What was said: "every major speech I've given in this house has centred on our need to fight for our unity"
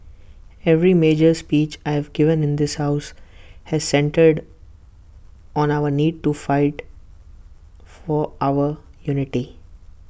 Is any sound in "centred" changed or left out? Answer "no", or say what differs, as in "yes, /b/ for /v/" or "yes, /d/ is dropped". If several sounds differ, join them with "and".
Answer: no